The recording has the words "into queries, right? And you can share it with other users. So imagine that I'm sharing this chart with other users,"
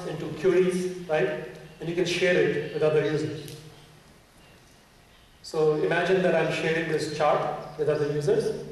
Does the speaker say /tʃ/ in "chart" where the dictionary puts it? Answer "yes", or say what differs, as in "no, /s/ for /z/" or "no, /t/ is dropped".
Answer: yes